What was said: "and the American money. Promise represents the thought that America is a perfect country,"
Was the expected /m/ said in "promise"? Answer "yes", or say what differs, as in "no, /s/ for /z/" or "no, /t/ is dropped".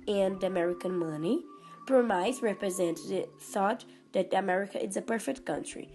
no, /m/ is dropped